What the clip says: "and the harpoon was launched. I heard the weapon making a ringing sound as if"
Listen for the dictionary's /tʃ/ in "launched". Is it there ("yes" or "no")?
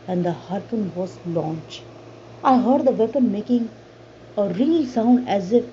yes